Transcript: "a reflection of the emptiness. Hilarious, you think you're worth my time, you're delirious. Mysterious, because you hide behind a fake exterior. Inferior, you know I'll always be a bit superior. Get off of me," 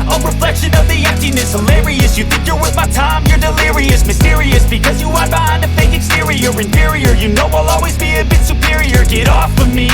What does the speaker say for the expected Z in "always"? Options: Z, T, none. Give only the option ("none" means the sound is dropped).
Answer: Z